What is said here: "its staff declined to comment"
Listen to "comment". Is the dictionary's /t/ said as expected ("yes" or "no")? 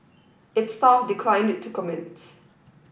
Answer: yes